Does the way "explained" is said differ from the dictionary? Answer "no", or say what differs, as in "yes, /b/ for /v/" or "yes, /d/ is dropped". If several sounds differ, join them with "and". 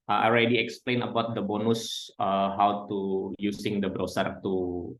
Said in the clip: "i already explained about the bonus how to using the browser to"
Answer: yes, /d/ is dropped